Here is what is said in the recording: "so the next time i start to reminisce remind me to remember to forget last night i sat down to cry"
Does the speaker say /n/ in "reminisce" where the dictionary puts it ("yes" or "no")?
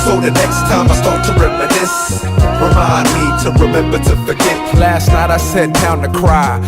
no